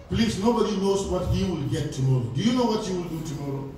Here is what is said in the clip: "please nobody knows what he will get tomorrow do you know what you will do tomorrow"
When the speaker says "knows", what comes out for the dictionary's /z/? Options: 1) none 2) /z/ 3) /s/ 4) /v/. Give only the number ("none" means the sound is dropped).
3